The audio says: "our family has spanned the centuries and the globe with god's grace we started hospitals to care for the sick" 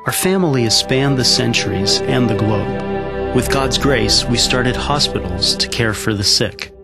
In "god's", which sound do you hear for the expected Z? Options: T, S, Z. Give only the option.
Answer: Z